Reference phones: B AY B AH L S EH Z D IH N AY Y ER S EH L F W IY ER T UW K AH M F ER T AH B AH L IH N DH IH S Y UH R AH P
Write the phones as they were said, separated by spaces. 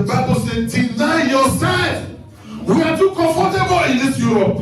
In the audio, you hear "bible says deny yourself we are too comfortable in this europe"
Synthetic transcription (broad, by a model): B AY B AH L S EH D IH N AY Y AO S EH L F W IY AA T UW K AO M F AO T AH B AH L IH N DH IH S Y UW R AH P